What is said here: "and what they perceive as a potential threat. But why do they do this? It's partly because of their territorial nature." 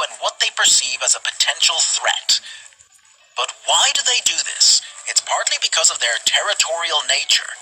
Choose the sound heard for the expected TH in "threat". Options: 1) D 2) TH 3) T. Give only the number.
2